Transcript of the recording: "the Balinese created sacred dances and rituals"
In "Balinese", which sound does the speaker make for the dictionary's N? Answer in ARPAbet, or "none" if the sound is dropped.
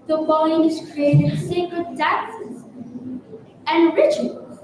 none